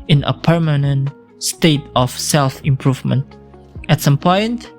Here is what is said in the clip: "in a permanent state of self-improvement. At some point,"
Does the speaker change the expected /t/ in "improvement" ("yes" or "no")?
no